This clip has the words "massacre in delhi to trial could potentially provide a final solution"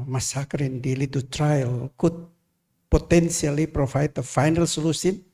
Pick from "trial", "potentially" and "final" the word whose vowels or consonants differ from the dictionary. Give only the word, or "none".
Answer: potentially